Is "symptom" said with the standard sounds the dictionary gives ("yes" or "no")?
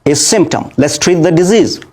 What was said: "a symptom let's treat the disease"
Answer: yes